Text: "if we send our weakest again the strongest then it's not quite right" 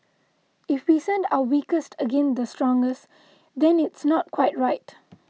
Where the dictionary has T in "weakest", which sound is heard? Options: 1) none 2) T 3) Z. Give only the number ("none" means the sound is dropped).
2